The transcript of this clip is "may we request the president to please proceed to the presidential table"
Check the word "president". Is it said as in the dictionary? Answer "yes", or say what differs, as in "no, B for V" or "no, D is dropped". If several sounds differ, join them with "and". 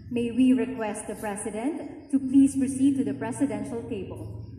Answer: no, S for Z